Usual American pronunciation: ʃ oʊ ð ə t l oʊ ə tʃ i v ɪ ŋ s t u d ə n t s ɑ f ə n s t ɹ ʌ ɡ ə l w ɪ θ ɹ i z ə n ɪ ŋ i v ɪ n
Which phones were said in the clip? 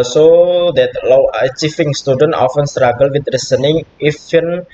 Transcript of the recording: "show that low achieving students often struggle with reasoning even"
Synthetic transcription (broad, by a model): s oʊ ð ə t l oʊ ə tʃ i f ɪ ŋ s t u d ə n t ɑ f ə n s t ɹ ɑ ɡ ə l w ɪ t ɹ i s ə n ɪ ŋ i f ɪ n